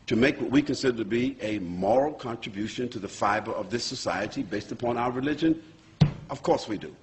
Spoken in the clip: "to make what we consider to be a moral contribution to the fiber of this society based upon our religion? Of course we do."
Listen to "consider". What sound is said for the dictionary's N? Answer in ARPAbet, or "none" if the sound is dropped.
N